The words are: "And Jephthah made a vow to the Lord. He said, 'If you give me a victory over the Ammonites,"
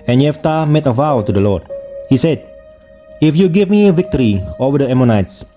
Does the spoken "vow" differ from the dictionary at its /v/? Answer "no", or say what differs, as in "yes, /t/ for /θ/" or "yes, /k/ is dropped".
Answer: no